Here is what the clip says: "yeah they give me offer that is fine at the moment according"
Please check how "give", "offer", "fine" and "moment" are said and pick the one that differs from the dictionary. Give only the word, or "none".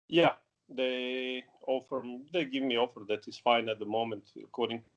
none